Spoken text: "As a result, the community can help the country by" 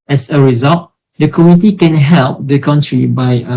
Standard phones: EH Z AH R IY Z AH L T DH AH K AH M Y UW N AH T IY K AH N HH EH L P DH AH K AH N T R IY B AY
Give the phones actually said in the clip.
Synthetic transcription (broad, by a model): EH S AH R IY Z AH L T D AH K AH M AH T IY K AH N HH EH L P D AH K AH N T R IY B AY